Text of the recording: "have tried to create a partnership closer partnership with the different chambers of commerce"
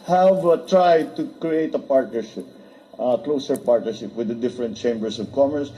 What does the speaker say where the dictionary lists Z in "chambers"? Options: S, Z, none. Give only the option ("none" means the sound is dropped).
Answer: S